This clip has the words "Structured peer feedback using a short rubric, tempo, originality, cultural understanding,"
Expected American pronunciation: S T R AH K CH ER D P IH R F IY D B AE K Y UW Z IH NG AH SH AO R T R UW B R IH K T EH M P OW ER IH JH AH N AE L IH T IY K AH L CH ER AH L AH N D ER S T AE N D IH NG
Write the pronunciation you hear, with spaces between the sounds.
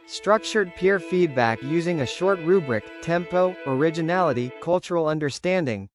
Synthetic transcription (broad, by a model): S T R AH K CH ER D P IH R F IY D B AE K Y UW Z IH NG AH SH AO R T R UW B R IH K T EH M P OW ER IH JH AH N AE L IH T IY K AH L CH ER L AH N D ER S T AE N D IH NG